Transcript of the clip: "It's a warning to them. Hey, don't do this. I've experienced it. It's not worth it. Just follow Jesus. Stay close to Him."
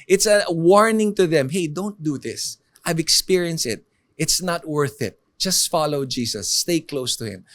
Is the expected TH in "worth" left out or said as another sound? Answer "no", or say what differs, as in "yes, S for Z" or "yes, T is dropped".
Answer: no